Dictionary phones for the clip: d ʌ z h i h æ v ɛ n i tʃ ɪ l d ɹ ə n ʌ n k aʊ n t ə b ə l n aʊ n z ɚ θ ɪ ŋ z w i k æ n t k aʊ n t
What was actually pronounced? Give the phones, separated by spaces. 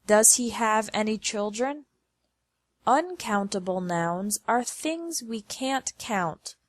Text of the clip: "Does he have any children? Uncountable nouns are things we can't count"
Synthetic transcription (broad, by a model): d ʌ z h i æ v ɛ n i tʃ ɪ l d ɹ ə n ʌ n k aʊ n t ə b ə l n aʊ n z ɚ θ ɪ ŋ z w i k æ n k aʊ n t